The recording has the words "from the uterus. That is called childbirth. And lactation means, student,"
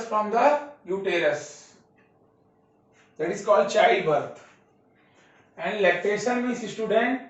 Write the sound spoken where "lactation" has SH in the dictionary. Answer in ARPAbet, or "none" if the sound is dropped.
S